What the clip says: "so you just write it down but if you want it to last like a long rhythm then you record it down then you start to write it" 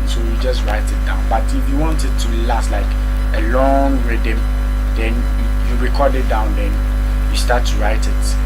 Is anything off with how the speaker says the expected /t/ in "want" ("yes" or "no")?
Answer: no